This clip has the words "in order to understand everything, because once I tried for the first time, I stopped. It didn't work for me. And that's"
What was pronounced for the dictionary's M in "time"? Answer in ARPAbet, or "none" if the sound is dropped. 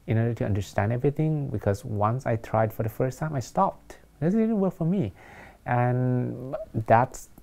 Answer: M